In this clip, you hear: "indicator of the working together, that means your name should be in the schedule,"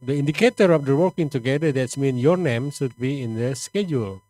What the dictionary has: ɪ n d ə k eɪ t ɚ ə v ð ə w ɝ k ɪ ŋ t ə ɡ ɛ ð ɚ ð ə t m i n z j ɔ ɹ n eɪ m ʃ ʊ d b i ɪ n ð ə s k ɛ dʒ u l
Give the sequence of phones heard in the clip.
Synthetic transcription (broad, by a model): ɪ n d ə k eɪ t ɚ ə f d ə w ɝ k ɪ ŋ t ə ɡ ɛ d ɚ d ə t m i n j ɔ ɹ n eɪ m s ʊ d b i ɪ n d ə s k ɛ dʒ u l